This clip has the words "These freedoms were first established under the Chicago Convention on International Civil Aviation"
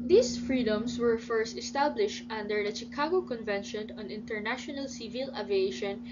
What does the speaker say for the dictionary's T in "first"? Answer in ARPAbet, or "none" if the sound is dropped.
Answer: T